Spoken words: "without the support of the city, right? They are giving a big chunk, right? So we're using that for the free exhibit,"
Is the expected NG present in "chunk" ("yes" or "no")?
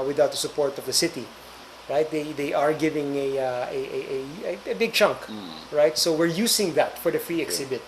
yes